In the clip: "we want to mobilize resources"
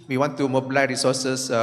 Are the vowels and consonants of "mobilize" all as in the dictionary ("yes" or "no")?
no